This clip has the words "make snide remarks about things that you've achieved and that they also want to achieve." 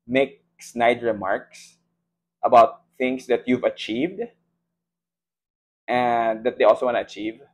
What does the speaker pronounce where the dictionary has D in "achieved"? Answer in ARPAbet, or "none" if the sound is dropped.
D